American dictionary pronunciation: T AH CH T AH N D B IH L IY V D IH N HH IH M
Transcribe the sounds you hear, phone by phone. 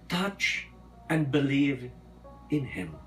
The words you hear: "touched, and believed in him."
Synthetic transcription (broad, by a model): T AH CH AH N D B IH L IY V IH N HH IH M